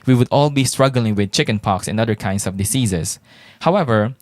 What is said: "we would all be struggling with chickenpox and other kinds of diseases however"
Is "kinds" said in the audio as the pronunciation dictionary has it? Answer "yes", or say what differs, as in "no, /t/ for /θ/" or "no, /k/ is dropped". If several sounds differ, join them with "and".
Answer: no, /s/ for /z/